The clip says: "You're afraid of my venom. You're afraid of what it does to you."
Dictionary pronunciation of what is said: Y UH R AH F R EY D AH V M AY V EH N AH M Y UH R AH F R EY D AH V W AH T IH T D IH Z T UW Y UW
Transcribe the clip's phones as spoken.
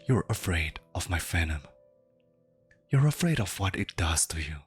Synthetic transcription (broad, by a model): Y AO R AH F R EY D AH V M AY F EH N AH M Y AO R AH F R EY D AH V W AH T IH T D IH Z T UW Y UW